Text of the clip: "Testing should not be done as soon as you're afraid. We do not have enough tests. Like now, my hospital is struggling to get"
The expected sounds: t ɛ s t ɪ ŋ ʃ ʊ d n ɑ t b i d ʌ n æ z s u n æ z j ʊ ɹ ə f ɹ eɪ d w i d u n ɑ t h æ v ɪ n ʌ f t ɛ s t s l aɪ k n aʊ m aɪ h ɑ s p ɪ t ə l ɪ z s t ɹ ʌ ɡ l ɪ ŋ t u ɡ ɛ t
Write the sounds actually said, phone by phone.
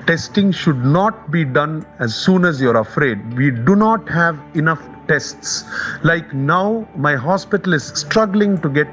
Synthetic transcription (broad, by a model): t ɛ s t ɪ ŋ ʃ ʊ d n ɑ t b i d ʌ n æ z s u n æ z j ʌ ɹ ə f ɹ eɪ d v i d u n ɑ t h æ v ɪ n ʌ f t ɛ s t s l aɪ k n aʊ m aɪ h ɑ s p ɪ t ə l ɪ z s t ɹ ʌ ɡ l ɪ ŋ t u ɡ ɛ t